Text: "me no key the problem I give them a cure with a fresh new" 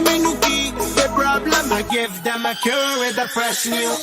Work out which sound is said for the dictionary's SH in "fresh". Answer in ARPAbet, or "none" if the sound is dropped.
S